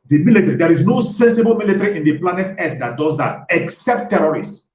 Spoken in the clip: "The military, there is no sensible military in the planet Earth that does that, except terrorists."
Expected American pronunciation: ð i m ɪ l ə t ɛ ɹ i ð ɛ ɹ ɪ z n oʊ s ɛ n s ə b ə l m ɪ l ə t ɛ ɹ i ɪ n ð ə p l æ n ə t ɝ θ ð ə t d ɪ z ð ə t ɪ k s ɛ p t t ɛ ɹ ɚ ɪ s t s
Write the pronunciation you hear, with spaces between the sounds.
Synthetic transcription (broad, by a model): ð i m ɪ l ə t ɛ ɹ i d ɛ ɹ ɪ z n oʊ s ɛ n s ə b ə l m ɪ l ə t ɹ i ɪ n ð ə p l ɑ n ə t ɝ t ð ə t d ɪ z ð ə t ɪ k s ɛ p t t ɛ ɹ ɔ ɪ s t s